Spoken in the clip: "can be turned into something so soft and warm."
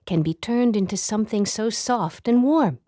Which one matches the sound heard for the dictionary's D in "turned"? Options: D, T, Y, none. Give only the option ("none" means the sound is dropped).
D